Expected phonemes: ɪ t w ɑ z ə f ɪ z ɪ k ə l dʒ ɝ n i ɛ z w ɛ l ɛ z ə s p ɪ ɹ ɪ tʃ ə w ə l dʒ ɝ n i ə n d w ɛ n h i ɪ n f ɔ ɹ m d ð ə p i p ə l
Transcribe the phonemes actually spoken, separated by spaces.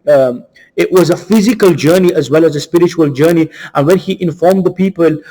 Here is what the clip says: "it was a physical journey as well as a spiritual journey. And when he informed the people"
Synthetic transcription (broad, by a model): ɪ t w ɑ z ə f ɪ z ɪ k ə l dʒ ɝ n i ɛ z w ɛ l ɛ z ə s p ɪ ɹ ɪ tʃ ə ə l dʒ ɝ n i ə n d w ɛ n h i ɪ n f ɔ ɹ m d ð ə p i p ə l